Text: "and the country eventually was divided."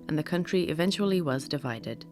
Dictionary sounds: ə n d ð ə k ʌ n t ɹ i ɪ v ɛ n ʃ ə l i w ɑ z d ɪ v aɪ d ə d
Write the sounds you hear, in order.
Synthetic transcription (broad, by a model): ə n ð ə k ʌ n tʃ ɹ i ɪ v ɛ n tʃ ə l i w ɑ z d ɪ v aɪ d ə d